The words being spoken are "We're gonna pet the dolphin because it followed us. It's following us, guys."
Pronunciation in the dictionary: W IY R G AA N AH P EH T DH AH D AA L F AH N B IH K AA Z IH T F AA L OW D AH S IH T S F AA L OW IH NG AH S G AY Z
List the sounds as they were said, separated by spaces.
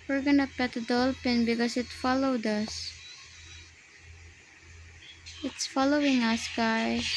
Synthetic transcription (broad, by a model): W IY R G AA N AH P EH T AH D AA L P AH N B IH K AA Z IH T F AA L OW D AH S IH T S F AA L OW IH NG AH S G AY